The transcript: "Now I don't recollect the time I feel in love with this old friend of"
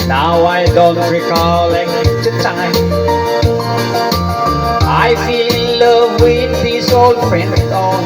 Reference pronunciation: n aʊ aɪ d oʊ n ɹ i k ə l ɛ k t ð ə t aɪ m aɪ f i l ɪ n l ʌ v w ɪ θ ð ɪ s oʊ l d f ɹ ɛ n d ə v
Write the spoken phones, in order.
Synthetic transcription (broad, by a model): n aʊ aɪ d oʊ n ɹ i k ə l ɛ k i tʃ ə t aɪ aɪ f i l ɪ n l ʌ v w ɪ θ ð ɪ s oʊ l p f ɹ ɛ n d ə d